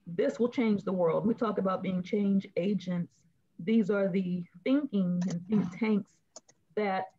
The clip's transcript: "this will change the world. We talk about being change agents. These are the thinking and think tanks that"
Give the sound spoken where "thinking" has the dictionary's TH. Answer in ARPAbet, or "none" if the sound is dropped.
TH